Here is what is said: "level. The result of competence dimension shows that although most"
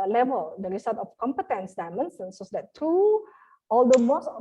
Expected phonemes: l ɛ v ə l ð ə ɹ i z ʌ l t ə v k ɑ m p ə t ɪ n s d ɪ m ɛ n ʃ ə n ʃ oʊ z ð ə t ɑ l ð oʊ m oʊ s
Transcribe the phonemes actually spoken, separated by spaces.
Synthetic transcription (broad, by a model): l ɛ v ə l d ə ɹ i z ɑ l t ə f k ɑ m p ə t ɪ n s d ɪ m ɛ n s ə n s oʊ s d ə t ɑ l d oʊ m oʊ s